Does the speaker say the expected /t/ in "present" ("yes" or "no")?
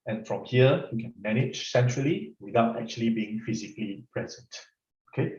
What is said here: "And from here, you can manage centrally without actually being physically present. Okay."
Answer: yes